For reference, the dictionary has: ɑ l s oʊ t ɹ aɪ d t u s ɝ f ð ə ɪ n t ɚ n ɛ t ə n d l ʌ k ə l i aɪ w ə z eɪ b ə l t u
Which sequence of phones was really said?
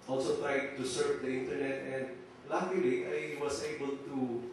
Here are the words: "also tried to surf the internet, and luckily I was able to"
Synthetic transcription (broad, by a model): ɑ l s oʊ t ɹ aɪ d t u s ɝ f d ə ɪ n t ɚ n ɛ t ə n d l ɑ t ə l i aɪ w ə s eɪ b ə l t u